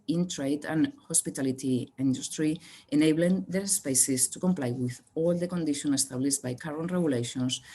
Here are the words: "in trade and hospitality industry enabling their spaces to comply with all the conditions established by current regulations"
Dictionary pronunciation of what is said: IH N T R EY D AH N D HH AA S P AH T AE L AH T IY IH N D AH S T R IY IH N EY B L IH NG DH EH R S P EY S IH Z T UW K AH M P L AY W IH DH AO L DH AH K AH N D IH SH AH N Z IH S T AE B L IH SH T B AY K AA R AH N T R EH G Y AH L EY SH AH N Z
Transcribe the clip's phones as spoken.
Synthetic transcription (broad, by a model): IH N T R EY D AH N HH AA S P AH T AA L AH T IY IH N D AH S T R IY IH N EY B L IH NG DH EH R S P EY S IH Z T UW K AH M P L AY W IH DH AO L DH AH K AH N D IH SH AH N IH S T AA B L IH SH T B AY K AA R AH N T R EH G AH L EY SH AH N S